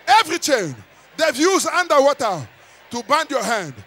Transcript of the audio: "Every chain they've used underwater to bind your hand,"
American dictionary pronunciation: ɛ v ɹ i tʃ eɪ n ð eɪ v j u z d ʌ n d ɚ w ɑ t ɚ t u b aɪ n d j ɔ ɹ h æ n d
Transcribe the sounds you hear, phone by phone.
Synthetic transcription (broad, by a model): ɛ v ɹ i tʃ eɪ n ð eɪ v j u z ʌ n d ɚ w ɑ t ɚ t u b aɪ n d j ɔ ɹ h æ n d